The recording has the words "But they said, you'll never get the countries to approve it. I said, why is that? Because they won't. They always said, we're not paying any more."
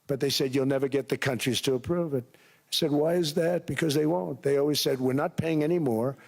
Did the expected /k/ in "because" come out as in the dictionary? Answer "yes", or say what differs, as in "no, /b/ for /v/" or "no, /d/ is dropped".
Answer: yes